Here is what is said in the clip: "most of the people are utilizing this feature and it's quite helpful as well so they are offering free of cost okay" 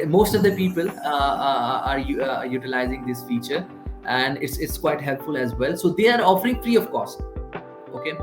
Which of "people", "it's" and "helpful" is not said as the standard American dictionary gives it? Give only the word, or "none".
none